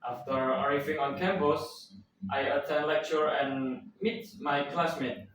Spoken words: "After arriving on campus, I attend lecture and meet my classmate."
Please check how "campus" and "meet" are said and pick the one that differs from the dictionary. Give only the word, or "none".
campus